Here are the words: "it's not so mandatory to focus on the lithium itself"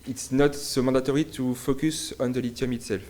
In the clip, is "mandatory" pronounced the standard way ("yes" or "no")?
no